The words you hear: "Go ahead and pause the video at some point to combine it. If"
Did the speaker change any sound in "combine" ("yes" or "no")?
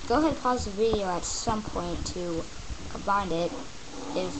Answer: yes